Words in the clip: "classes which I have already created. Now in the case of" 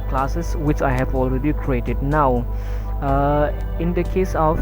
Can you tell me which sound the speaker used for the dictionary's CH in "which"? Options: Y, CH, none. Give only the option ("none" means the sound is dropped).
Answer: CH